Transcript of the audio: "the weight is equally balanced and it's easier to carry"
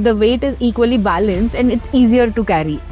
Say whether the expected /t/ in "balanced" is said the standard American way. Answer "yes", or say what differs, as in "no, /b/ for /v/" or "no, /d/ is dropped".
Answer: yes